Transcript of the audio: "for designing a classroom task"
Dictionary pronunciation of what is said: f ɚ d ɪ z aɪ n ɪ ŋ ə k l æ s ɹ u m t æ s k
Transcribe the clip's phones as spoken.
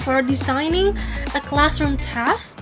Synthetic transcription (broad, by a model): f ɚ d ɪ z aɪ n ɪ ŋ ə k l æ s ɹ u m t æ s